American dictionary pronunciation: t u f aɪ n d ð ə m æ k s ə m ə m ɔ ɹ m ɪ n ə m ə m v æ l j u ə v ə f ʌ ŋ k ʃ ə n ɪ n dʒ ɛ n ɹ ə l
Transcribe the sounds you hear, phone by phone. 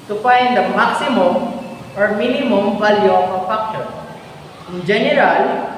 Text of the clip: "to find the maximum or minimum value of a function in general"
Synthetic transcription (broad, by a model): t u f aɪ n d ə m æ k s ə m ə m ɔ ɹ m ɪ n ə m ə m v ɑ l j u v ə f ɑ k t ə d ɪ n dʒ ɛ n ɹ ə l